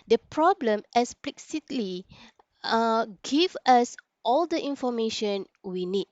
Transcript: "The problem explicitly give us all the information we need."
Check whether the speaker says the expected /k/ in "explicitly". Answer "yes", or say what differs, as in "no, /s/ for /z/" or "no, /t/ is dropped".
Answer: no, /k/ is dropped